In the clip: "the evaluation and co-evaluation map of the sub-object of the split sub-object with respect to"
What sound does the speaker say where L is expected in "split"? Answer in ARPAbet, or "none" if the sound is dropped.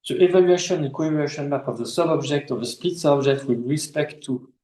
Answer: none